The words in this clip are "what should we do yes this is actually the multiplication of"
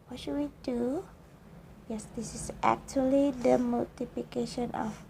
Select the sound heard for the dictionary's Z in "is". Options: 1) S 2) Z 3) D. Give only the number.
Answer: 1